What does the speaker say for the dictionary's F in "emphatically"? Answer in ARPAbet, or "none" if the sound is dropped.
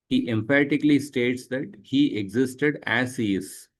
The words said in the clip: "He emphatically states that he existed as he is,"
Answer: P